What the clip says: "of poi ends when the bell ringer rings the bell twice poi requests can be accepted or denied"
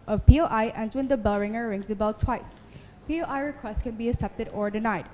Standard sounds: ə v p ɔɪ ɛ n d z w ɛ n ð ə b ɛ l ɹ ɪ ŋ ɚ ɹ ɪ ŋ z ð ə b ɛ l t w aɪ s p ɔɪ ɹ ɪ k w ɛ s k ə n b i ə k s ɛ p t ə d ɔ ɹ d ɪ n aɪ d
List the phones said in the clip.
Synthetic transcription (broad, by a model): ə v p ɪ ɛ n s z w ɛ n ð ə b ɛ l ɹ ɪ ŋ ɚ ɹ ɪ ŋ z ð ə b ɛ l t w aɪ s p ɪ ɹ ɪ k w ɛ s k ə n b i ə s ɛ p t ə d ɔ ɹ d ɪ n aɪ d